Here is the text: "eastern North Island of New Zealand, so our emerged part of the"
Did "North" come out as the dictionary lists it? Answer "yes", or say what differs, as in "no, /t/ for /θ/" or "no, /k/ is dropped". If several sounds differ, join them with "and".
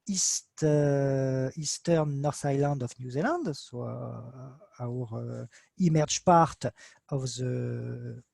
no, /s/ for /θ/